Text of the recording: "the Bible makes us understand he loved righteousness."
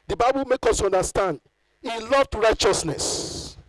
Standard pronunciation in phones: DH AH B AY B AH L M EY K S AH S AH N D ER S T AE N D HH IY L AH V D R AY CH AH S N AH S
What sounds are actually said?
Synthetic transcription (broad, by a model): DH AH B AY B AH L M EY K AO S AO N D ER S T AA N D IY L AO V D R AY CH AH S N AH S